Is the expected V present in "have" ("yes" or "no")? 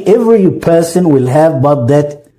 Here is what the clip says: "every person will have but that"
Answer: yes